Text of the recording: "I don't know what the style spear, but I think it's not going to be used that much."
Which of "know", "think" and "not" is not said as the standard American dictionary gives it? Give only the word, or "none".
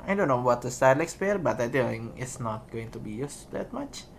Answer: think